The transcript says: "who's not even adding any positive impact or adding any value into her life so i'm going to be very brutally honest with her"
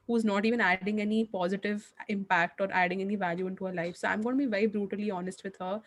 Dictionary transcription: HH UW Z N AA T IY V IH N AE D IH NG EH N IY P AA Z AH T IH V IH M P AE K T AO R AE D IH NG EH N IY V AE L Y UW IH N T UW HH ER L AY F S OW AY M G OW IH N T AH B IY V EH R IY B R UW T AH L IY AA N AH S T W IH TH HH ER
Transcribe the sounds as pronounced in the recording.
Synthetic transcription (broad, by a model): HH UW Z N AA T IY V IH N AE D IH NG EH N IY P AA Z AH T IH V IH M P AE K T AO R AE D IH NG EH N IY V AE L Y UW IH N T UW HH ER L AY F S OW AY M G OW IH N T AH B IY V EH R IY B R UW T AH L IY AA N AH S T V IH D HH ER